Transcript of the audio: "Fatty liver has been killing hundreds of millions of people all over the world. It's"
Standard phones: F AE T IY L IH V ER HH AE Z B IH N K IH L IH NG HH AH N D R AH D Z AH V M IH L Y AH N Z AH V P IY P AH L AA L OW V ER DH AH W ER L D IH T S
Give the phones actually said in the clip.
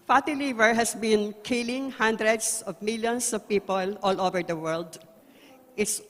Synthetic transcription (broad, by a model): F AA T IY L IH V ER HH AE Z B IH N K IH L IH NG HH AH N D R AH D S AH V M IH L Y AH N S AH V P IY P AH L AA L OW V ER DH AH W ER L D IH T S